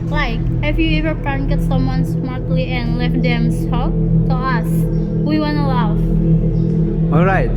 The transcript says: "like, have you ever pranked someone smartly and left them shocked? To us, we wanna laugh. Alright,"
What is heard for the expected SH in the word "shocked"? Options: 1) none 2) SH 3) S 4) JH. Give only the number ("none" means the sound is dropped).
3